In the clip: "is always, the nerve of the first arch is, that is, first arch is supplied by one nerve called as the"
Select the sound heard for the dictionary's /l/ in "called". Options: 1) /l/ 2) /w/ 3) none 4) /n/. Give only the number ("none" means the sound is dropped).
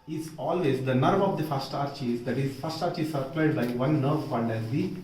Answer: 4